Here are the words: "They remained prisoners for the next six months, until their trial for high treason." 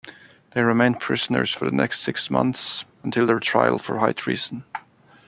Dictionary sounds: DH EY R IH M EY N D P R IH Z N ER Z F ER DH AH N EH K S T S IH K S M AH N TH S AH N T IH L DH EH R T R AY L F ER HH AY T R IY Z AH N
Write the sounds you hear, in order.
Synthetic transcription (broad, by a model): DH EY R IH M EY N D P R IH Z N ER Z F ER DH AH N EH K S T S IH K S M AH N TH S AH N T IH L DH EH R T R AY L F ER HH AY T R IY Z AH N